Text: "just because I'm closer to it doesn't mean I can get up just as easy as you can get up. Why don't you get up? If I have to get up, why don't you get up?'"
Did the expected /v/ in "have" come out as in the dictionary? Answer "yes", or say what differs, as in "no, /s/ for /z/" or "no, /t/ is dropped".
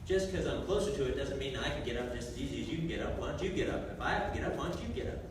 no, /f/ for /v/